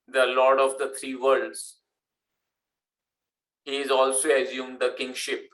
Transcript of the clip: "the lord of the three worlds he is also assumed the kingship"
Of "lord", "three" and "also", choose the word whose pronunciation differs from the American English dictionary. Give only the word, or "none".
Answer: three